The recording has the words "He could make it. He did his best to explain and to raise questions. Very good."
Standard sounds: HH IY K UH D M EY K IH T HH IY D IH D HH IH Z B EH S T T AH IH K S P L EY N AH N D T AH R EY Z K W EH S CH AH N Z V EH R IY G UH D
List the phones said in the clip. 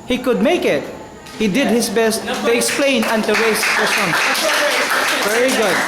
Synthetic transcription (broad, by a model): HH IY K UH D M EY K IH T HH IY D IH D HH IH S B EH S T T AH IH K S P L EY N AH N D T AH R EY S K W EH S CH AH N V EH R IY G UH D